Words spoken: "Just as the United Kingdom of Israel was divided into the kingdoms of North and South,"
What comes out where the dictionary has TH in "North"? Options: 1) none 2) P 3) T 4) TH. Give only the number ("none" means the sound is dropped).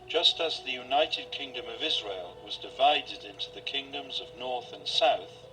4